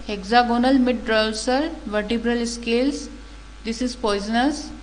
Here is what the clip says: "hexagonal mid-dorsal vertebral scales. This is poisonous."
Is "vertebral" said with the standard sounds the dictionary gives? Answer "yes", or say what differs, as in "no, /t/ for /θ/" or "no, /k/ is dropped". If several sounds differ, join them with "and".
yes